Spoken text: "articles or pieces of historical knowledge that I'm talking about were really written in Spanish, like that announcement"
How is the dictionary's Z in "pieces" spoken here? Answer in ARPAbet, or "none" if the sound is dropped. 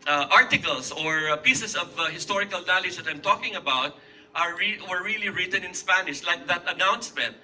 S